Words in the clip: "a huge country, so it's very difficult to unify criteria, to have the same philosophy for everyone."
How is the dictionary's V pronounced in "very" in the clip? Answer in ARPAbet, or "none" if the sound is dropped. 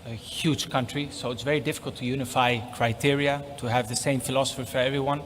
V